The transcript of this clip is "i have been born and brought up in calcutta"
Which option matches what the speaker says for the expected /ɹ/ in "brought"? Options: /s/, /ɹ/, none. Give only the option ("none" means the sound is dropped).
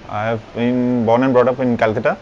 /ɹ/